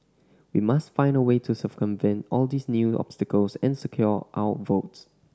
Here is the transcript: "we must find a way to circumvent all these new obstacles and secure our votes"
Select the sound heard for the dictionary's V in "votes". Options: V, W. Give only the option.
V